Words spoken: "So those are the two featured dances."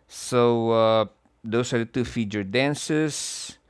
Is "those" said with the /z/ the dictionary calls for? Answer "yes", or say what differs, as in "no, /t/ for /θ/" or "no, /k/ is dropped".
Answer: no, /s/ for /z/